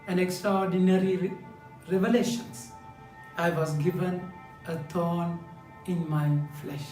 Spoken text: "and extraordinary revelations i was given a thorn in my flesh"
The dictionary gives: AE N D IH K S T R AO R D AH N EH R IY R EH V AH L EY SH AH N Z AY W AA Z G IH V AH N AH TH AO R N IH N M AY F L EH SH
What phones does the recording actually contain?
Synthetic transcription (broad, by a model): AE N D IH K S T R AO R D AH N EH R IY R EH V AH L EY SH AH N S AY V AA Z G IH V AH N AH T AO N IH N M AY F L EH SH